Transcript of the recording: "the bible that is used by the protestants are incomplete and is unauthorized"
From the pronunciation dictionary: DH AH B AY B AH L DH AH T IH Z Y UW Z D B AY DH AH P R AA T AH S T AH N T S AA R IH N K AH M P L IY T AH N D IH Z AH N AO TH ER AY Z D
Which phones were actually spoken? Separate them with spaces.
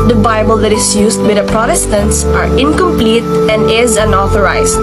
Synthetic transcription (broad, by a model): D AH B AY B AH L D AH T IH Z Y UW S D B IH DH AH P R AA T AH S T AH N T S AA R IH N K AH M P L IY T AH N D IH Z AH N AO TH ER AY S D